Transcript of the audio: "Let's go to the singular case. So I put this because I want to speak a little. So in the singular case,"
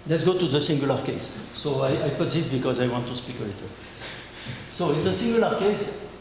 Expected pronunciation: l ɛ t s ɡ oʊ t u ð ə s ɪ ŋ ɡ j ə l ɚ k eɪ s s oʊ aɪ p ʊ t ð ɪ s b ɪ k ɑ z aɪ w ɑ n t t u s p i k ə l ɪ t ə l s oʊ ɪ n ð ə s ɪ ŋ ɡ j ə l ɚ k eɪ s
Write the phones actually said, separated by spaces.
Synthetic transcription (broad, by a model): l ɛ t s ɡ oʊ t u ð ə s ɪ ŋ ɡ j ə l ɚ k eɪ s s oʊ aɪ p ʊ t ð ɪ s b ɪ k ɑ z aɪ w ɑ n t t u s p i k ə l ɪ t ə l s oʊ ɪ n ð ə s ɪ ŋ ɡ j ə l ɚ k eɪ s